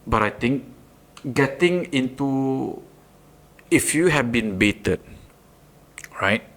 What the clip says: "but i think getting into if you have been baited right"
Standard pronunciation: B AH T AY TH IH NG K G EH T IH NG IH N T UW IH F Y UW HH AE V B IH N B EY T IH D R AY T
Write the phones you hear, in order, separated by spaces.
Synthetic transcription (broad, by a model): B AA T AY T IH NG K G EH T IH NG IH N T UW IH F Y UW HH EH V B IH N B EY T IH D R AY T